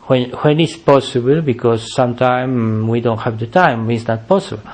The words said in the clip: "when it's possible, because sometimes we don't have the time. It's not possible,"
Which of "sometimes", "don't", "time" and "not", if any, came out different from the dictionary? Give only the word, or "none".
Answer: sometimes